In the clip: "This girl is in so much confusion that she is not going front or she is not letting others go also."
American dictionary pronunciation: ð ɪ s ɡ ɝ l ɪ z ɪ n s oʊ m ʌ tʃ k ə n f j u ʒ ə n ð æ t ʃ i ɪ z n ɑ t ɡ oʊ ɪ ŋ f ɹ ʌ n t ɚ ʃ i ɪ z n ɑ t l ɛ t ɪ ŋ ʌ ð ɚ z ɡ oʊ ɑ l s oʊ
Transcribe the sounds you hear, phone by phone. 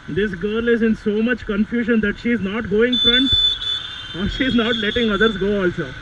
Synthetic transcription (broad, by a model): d ɪ s ɡ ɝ l ɪ z ɪ n s oʊ m ʌ tʃ k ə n f j u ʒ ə n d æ t ʃ i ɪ z n ɑ t ɡ oʊ ɪ ŋ f ɹ ʌ n t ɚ ʃ i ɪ z n ɑ t l ɛ t ɪ ŋ ʌ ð ɚ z ɡ oʊ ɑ l s oʊ